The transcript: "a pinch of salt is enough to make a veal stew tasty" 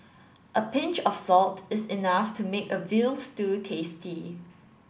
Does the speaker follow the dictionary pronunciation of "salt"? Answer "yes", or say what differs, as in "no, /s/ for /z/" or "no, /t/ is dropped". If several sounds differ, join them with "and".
yes